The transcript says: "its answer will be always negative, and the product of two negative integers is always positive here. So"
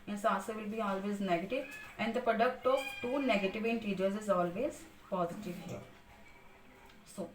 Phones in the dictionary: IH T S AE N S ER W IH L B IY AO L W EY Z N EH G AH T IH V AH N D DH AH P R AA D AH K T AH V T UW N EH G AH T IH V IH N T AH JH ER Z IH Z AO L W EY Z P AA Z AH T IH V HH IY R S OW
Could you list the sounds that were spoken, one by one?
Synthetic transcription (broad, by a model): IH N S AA S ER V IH L B IY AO L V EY Z N EH G AH T IH V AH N D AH P R AA D AH K T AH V T UW N EH G AH T IH V IH N T AH JH ER Z IH Z AO L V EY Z P AA Z AH T IH V HH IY R S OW